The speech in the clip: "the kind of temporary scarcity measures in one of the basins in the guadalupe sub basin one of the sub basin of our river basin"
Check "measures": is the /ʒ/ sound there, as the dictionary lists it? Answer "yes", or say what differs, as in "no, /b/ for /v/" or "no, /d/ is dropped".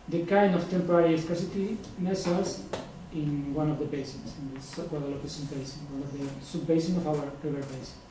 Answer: no, /s/ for /ʒ/